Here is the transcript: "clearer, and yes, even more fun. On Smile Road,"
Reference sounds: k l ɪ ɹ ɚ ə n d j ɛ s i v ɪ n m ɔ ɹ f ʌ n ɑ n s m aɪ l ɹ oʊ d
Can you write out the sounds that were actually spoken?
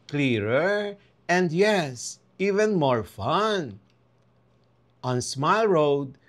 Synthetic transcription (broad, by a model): k l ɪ ɹ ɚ ə n d j ɛ s i v ɪ n m ɔ ɹ f ʌ n ɑ n s m aɪ l ɹ oʊ d